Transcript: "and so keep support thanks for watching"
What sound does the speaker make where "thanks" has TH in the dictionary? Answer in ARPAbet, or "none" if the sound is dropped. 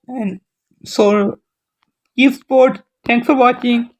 T